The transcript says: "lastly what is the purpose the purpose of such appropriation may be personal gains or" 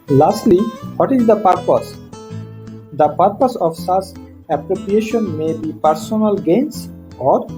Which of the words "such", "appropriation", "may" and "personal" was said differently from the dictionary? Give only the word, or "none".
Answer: such